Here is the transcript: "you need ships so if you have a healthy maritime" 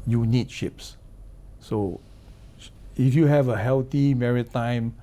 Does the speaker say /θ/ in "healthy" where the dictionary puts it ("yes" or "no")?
no